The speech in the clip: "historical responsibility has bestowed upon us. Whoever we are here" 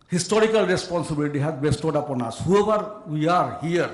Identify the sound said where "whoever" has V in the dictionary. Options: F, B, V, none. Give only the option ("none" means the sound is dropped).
B